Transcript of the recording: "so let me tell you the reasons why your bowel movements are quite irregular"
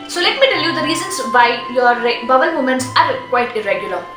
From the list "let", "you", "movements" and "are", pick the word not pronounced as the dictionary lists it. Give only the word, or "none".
movements